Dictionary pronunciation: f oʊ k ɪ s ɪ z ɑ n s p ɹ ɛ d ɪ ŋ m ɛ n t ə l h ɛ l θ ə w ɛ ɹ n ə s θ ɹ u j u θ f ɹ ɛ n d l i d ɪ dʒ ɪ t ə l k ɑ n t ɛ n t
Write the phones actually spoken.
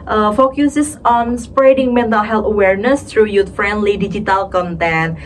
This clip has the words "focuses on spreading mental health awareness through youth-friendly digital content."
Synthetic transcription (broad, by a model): f oʊ k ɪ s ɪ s ɑ n s p ɹ ɛ d ɪ ŋ m ɛ n t ə l h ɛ l t ə w ɛ ɹ n ə s t ɹ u j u t f ɹ ɛ n d l i d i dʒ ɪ t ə l k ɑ n t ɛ n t